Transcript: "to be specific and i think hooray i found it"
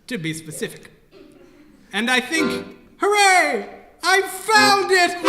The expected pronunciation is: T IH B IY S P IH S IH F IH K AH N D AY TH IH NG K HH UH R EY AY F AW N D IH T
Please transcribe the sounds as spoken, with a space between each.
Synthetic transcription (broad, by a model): T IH B IY S P IH S IH F IH K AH N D AY TH IH NG K HH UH R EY AY F AW N D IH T